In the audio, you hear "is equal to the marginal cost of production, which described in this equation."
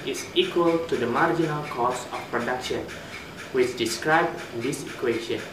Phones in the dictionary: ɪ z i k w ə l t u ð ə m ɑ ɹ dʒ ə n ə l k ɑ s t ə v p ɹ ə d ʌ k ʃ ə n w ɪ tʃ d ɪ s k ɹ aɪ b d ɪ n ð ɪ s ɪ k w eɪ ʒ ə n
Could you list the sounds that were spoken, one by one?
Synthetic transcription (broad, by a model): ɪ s i k w ə l t u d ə m ɑ ɹ dʒ ə n ə l k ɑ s ə f p ɹ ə d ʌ k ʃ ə n w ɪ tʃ d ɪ s k ɹ aɪ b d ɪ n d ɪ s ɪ k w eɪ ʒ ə n